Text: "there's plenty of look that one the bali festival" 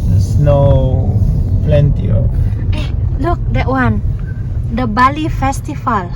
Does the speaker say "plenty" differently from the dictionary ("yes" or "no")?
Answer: no